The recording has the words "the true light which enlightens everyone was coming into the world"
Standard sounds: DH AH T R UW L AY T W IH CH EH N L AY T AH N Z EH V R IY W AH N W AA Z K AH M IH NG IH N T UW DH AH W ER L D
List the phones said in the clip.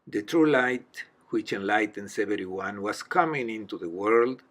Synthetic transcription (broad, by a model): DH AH T R UW L AY T W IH CH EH N L AY T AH N S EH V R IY W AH N W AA S K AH M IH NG IH N T UW DH AH W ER L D